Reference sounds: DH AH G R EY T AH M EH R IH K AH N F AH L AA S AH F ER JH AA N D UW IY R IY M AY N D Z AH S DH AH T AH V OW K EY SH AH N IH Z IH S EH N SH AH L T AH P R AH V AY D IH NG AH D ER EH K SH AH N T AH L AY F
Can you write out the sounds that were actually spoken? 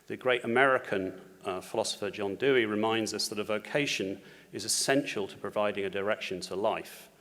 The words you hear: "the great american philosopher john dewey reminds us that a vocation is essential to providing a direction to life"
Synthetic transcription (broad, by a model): DH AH G R EY T AH M EH R IH K AH N F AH L AA S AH F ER JH AA N D UW IY R IY M AY N D Z AH S DH AH T AH V OW K EY SH AH N IH Z IH S EH N SH AH L T AH P R AH V AY D IH NG AH D ER EH K SH AH N T AH L AY F